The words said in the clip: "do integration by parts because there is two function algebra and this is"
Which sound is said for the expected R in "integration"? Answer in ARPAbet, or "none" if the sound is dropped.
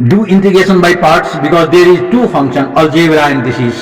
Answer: none